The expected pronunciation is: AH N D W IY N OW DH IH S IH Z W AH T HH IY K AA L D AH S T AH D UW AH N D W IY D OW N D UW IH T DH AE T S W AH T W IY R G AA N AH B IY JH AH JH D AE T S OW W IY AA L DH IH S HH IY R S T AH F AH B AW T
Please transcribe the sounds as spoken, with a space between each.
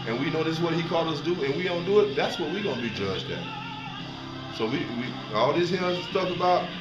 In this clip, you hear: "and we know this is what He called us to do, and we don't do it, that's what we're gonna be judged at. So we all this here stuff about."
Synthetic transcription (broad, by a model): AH N W IY N OW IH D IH S W AH T HH IY K AA L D AH S D UW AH N W IY D OW N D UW IH T DH AE T S W AH T W IY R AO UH N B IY JH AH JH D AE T S OW W IY AA L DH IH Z HH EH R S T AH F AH B AW T